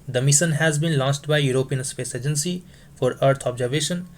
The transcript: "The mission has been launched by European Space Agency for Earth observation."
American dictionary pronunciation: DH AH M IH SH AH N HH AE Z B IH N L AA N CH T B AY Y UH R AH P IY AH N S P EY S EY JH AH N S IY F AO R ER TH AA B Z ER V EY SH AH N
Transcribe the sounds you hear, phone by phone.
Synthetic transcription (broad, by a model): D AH M IH SH AH N HH AE Z B IH N L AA N S T B AY Y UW R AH P IY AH N S P EY S EY JH AH N S IY F AO R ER T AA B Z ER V EY SH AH N